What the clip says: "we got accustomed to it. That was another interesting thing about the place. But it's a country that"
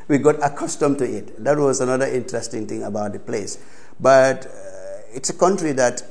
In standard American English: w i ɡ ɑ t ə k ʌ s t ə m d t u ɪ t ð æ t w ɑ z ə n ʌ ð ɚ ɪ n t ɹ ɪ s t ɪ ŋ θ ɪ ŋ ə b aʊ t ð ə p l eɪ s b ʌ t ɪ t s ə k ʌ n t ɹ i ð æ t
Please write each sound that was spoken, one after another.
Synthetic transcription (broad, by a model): w i ɡ ɑ t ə k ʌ s t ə m t u ɪ t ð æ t w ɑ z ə n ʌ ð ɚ ɪ n t ɹ ɪ s t ɪ ŋ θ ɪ ŋ ə b aʊ t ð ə p l eɪ s b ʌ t ɪ t s ə k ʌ n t ɹ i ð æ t